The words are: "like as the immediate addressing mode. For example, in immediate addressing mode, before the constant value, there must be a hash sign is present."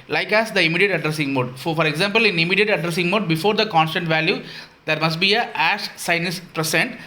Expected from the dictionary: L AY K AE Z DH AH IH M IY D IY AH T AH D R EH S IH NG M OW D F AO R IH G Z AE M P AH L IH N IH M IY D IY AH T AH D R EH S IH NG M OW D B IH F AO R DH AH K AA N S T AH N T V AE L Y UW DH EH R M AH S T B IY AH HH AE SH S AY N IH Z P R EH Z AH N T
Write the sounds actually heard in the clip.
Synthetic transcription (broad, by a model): L AY K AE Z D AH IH M IY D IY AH T AH D R EH S IH NG M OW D F AO R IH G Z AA M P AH L IH N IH M IY D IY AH T AH D R EH S IH NG M OW D B IH F AO R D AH K AA N S T AH N T V AE L Y UW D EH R M AH S T B IY AH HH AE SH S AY N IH S P R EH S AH N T